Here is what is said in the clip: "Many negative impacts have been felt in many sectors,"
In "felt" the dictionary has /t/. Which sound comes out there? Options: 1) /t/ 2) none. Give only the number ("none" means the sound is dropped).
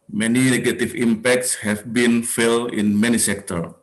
2